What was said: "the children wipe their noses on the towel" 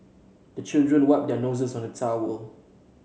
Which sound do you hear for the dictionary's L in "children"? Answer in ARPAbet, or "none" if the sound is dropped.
L